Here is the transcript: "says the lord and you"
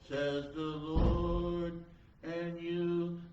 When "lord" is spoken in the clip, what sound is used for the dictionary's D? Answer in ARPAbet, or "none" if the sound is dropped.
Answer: D